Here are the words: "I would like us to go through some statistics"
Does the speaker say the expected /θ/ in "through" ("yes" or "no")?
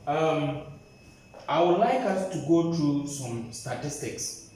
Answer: no